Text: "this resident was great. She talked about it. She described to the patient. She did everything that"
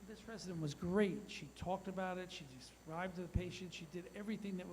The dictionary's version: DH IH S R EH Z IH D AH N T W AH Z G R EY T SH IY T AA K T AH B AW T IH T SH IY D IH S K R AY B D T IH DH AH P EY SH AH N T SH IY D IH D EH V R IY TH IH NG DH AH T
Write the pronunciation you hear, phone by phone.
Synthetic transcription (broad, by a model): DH IH S R EH Z IH D AH N T W AH Z G R EY T SH IY T AA K T AH B AW T IH T SH IY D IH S R AY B T IH DH AH P EY SH AH N T SH IY D IH D EH V R IY TH IH NG DH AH T